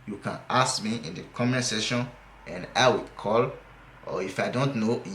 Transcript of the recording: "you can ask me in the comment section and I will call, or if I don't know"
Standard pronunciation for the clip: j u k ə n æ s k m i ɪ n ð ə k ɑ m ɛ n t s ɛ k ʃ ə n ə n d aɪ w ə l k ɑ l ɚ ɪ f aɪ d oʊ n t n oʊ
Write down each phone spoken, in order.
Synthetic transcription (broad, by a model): j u k ə n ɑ s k m i ɪ n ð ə k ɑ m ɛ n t s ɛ ʃ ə n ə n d aɪ w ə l k ɑ l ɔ ɪ f aɪ d oʊ n t n oʊ